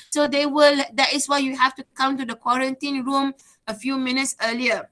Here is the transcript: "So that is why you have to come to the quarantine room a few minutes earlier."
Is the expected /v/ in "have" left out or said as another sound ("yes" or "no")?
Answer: yes